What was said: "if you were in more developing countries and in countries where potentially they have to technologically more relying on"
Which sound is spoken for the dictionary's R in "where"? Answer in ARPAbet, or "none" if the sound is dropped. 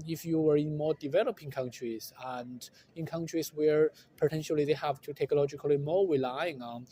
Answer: R